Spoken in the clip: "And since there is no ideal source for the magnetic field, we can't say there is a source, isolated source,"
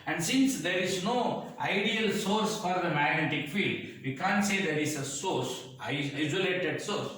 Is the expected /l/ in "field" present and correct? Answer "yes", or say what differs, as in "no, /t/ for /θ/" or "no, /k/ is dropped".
yes